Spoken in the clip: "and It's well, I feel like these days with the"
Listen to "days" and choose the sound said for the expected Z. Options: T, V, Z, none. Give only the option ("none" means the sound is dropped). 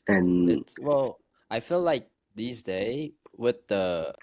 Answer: none